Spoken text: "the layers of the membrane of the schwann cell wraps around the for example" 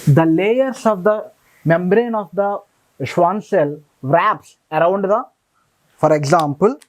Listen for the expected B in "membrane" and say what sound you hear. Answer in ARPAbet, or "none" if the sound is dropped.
B